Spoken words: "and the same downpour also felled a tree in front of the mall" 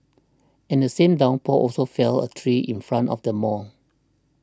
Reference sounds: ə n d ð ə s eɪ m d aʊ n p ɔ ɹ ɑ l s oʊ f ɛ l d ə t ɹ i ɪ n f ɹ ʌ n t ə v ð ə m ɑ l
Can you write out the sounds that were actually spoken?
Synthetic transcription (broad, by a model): ə n d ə s eɪ m d aʊ n p ɔ ɑ l s oʊ f ɛ l ə t ɹ i ɪ n f ɹ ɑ n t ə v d ə m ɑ n